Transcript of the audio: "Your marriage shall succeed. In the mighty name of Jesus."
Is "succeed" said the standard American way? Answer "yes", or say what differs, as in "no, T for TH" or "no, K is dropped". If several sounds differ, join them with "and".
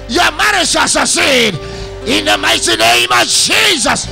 no, K is dropped